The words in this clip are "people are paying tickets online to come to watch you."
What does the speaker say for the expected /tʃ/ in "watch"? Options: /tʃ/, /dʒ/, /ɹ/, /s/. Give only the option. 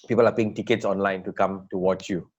/tʃ/